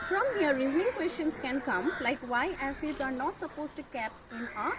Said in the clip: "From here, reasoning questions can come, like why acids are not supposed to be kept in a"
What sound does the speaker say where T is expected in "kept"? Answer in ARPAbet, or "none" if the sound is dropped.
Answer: none